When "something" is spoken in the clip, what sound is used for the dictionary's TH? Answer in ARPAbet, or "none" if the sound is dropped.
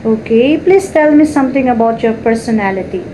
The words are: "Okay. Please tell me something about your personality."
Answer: T